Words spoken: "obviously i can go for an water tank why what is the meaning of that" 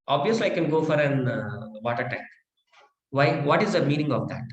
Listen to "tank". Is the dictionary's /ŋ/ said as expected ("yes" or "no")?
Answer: no